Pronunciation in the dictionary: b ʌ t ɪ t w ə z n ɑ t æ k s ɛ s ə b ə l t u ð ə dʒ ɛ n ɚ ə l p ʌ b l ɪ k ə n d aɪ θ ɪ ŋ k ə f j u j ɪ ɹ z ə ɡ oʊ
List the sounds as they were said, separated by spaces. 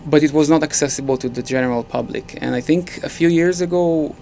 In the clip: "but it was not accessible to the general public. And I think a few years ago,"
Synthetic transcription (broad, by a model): b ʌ t ɪ t w ə z n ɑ t æ k s ɛ s ə b ə l t u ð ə dʒ ɛ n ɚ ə l p ʌ b l ɪ k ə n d aɪ θ ɪ ŋ k ə f j u j ɪ ɹ z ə ɡ oʊ